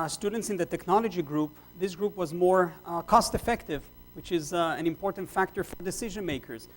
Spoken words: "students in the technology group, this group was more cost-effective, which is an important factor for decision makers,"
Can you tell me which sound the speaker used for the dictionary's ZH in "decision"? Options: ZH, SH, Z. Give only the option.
ZH